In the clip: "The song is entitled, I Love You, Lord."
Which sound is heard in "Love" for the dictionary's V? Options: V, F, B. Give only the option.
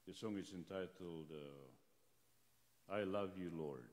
V